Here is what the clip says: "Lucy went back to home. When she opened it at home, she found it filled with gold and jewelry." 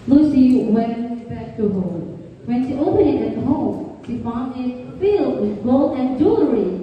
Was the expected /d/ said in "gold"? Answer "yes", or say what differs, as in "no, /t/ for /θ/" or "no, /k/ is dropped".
no, /d/ is dropped